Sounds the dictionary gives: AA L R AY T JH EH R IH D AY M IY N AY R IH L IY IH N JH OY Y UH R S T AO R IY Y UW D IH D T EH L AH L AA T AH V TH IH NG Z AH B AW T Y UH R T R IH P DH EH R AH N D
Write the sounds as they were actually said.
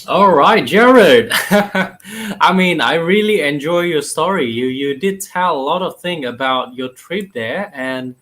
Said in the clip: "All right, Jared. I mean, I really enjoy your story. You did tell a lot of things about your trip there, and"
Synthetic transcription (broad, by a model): AA L R AY T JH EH R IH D AY M IY N AY R IH L IY IH N JH OY Y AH R S T AO R IY Y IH D IH D T EH L AH L AA T AH V TH IH NG AH B AW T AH R T R IH P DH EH R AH N